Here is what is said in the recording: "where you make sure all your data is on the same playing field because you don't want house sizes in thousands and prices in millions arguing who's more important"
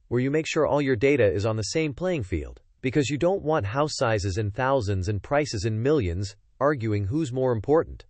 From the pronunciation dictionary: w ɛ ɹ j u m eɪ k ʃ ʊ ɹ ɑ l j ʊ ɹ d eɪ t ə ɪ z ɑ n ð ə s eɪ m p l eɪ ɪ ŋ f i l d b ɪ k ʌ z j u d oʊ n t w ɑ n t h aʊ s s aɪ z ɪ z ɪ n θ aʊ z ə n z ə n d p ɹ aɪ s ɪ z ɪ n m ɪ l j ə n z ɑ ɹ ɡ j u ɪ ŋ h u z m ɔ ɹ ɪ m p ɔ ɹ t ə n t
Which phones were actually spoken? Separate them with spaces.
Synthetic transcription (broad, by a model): w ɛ ɹ j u m eɪ k ʃ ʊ ɹ ɑ l j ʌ ɹ d eɪ t ə ɪ z n ð ə s eɪ m p l eɪ ɪ ŋ f i l d b ɪ k ʌ z j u d oʊ n t w ɑ n t h aʊ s s aɪ z ɪ z ɪ n θ aʊ z ə n z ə n p ɹ aɪ s ɪ z ɪ n m ɪ l j ə n z ɑ ɹ ɡ j u ɪ ŋ h u z m ɔ ɹ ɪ m p ɔ ɹ t n t